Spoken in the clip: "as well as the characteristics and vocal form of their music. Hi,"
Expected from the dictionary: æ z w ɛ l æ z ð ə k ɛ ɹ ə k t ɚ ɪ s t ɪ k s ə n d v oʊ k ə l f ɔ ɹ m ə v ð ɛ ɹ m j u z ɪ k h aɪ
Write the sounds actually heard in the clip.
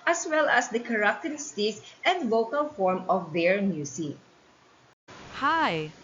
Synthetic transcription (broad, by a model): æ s w ɛ l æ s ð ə k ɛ ɹ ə k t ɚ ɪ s t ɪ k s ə n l oʊ k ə l f ɔ ɹ m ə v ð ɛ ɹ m j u s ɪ h aɪ